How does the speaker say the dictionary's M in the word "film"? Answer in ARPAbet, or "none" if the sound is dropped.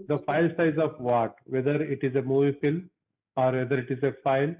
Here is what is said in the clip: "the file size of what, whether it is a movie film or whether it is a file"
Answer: none